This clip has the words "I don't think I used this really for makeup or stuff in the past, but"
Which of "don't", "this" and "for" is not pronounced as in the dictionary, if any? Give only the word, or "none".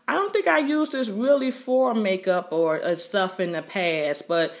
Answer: none